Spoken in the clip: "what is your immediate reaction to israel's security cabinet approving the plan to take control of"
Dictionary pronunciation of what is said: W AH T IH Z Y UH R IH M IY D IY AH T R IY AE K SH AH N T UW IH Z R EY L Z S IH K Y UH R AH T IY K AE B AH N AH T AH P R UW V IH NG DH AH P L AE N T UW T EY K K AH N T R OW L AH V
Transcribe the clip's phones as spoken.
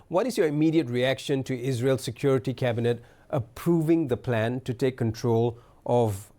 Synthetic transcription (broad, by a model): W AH T IH Z Y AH R IH M IY D IY AH T R IY AE K SH AH N T UW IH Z R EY L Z S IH K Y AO R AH T IY K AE B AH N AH T AH P R UW V IH NG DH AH P L AE N T UW T EY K K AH N T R OW L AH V